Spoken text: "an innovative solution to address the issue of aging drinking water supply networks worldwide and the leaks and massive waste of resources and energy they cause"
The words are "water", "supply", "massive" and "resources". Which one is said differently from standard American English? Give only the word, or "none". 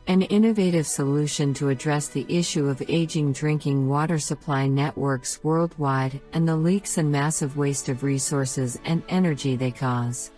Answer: none